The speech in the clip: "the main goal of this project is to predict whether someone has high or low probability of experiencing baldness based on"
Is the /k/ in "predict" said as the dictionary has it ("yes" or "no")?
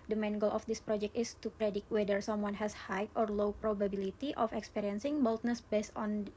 no